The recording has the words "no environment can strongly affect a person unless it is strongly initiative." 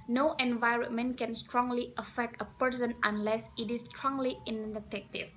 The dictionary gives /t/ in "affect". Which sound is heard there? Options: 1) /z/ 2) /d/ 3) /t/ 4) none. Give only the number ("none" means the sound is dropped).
3